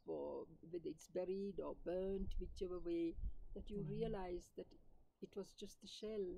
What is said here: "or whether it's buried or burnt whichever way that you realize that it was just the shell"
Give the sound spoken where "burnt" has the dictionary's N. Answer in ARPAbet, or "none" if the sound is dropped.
N